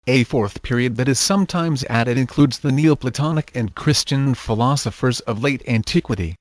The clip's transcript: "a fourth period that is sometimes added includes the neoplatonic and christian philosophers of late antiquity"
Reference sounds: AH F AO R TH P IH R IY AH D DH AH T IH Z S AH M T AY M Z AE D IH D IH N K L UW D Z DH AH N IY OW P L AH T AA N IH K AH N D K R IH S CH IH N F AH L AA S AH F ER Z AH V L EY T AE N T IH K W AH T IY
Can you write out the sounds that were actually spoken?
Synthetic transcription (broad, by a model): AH F AO R TH P IH R IY AH D DH AH T IH Z S AH M T AY M Z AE D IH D IH N K L UW D Z DH AH N IY OW P L AH T AA N IH K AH N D K R IH S CH IH N F AH L AA S AH F ER Z AH V L EY T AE N T IH K W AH T IY